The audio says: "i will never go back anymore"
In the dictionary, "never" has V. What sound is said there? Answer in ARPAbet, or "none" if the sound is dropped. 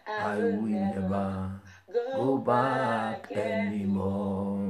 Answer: B